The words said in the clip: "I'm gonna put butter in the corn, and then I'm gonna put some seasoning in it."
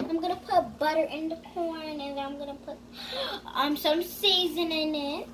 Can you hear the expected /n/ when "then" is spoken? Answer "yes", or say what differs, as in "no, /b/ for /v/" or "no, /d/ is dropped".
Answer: no, /n/ is dropped